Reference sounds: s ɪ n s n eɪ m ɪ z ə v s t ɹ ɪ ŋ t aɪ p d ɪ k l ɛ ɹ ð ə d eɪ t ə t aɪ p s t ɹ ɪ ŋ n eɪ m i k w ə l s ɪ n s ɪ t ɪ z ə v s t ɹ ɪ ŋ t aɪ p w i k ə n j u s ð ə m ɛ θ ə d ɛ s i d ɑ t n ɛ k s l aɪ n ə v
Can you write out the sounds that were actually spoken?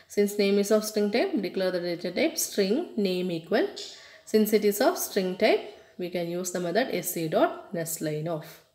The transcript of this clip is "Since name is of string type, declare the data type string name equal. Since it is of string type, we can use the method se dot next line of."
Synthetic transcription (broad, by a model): s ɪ n s n eɪ m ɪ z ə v s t ɹ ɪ ŋ t aɪ p d ɪ k l ɛ ɹ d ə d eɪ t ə t aɪ p s t ɹ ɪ ŋ n eɪ m i k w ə l s ɪ n s ɪ t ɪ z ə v s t ɹ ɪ ŋ t aɪ p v i k ə n j u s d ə m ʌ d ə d ɛ s i d ɑ t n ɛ s l aɪ n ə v